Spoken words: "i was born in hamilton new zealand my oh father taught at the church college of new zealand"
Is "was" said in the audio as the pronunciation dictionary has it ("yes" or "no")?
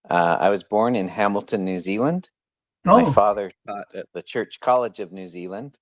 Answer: yes